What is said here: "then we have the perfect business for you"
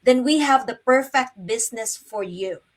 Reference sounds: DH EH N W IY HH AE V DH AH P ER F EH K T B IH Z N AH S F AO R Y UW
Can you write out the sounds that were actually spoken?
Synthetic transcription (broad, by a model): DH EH N W IY HH AE V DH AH P ER F EH K T B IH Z N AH S F AO R Y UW